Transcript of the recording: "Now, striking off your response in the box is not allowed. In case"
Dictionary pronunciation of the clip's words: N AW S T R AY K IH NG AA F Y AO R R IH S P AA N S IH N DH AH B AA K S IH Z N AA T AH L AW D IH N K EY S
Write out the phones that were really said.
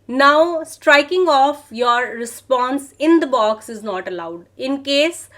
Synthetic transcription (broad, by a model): N AW S T R AY K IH NG AA F Y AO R R IH S P AA N S IH N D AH B AA K S IH Z N AA T AH L AW D IH N K EY S